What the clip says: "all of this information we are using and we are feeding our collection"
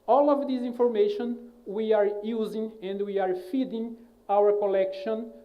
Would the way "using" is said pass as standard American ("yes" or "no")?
yes